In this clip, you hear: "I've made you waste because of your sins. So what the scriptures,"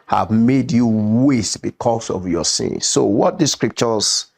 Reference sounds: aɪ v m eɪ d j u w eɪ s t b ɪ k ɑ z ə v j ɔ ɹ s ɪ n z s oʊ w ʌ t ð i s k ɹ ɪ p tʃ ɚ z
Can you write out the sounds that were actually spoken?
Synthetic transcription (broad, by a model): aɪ v m eɪ d j u w eɪ s t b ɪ k ɑ s ə v j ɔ s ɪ n s oʊ w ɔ t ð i s k ɹ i p tʃ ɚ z